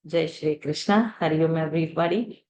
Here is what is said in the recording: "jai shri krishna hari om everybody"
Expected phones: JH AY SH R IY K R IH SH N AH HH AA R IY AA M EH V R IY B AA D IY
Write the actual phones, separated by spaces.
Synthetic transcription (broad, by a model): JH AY SH R IY K R IH SH N AH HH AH R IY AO M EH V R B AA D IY